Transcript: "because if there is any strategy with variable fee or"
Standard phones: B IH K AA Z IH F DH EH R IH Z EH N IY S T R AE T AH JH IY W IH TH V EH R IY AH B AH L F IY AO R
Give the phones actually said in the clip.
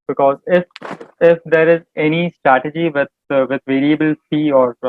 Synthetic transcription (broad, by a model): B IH K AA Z IH F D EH R IH Z EH N IY S T R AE T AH JH IY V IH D V EH R IY AH B AH L F IY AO R